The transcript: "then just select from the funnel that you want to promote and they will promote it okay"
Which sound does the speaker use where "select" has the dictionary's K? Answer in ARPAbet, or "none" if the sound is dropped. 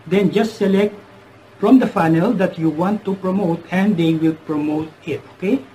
K